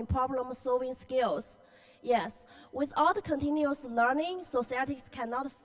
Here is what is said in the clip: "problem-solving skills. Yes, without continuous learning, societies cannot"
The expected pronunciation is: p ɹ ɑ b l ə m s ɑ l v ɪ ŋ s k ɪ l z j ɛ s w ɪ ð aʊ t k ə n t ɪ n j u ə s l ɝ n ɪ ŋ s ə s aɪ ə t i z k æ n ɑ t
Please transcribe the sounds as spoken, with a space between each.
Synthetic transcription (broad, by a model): p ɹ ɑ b l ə m s ɑ l v ɪ ŋ s k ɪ l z j ɛ s w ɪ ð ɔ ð k ə n t ɪ n j u ə s l ɝ n ɪ ŋ s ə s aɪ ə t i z k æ n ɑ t